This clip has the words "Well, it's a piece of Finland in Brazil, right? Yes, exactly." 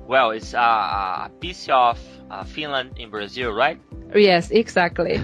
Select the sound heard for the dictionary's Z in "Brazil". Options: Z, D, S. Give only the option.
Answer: Z